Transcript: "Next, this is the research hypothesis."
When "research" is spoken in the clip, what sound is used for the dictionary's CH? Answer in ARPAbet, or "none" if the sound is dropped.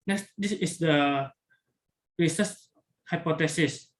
S